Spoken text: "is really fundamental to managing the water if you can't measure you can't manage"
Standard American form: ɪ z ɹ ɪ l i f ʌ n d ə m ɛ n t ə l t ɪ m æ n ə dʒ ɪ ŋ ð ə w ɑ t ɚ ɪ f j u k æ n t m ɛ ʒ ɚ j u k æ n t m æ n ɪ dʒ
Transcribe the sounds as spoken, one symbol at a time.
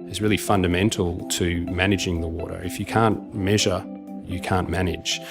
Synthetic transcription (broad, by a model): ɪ z ɹ ɪ l i f ʌ n d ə m ɛ n t l t ɪ m æ n ə dʒ ɪ ŋ ð ə w ɑ t ɚ ɪ f j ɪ k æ n m ɛ ʒ ɚ j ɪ k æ n m æ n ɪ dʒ